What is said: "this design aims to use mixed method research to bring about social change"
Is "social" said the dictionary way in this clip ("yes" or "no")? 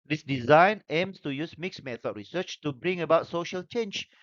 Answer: yes